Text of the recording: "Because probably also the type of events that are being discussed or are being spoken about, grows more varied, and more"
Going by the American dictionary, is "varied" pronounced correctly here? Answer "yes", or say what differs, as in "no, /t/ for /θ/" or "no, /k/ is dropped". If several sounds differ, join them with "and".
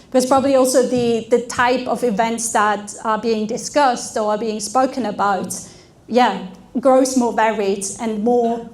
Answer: yes